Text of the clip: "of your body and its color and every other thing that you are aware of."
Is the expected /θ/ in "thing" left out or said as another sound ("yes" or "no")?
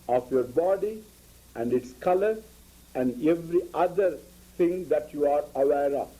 yes